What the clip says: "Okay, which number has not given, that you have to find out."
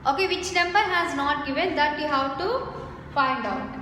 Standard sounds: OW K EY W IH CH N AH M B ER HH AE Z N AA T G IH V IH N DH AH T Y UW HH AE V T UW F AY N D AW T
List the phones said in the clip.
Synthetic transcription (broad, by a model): OW K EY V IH CH N AH M B ER HH AE Z N AA T G IH V IH N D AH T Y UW HH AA W T UW F AY N D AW T